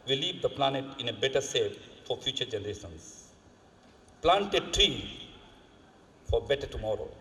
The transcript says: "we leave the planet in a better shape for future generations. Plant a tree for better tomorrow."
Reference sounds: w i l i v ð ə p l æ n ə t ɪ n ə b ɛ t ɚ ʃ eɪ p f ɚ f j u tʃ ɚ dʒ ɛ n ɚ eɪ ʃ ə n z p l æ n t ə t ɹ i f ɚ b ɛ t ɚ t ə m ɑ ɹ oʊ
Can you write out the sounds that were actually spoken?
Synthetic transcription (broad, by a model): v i l i v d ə p l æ n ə t ɪ n ə b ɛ t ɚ s eɪ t f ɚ f j u tʃ ɚ dʒ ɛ n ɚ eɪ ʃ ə n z p l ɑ n t ə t ɹ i f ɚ b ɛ t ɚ t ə m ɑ ɹ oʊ